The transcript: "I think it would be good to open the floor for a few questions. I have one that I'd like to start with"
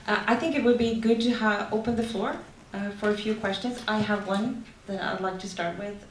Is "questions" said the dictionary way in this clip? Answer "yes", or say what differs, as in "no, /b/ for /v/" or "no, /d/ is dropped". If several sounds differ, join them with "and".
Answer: yes